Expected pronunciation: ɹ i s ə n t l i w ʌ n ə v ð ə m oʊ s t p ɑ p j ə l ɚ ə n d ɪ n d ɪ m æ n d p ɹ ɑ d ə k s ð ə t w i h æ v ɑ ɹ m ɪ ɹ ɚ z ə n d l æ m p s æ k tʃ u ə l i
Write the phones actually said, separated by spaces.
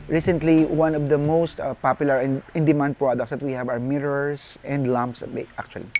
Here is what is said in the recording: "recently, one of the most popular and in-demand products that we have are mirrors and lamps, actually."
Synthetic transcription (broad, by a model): ɹ i s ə n t l i w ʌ n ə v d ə m oʊ s t p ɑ p j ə l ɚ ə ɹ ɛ ɪ n d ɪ m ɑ n d p ɹ ɑ d ə k s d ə t w i h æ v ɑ w m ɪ ɹ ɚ s ə n d l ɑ m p s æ k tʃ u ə l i